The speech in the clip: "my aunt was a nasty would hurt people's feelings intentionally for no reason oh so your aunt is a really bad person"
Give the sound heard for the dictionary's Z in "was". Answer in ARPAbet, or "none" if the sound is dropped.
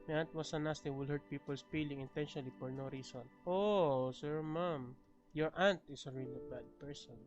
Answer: S